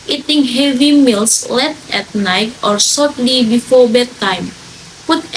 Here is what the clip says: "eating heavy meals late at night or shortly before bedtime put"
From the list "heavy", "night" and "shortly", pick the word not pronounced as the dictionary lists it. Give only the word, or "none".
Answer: shortly